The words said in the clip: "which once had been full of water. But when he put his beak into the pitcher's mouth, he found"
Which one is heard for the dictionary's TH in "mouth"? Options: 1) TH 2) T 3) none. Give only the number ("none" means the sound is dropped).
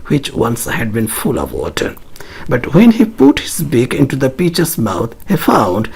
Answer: 2